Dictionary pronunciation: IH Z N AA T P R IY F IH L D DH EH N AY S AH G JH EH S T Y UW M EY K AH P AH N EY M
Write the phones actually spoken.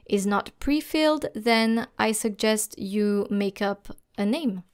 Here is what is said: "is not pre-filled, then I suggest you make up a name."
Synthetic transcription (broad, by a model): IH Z N AA T P R IY F IH L D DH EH N AY S AH G JH EH S T Y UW M EY K AH P AH N EY M